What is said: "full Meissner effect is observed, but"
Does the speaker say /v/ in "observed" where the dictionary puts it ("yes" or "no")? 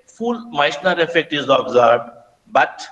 no